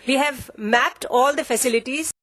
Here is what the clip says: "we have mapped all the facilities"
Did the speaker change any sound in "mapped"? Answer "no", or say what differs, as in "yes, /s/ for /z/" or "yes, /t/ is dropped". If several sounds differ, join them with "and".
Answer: no